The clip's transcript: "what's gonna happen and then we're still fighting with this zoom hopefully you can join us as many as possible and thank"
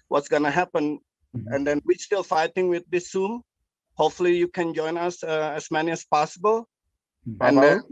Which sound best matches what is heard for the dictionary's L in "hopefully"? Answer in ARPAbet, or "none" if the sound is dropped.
L